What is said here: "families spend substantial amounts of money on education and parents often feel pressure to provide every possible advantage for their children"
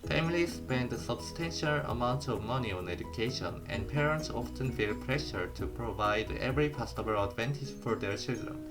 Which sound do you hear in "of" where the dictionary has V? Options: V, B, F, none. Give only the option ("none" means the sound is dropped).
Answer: V